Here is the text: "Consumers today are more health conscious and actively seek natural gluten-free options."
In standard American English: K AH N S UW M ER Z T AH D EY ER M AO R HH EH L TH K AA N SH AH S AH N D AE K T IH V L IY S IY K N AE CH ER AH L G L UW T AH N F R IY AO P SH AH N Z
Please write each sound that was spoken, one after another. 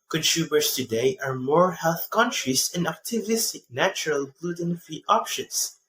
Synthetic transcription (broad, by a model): K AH N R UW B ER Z T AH D EY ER M AO R HH EH L TH K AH N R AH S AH N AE K T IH V IY S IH K N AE CH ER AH L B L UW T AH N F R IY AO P SH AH N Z